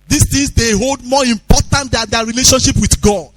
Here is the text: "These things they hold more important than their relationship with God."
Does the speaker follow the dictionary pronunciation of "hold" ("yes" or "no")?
yes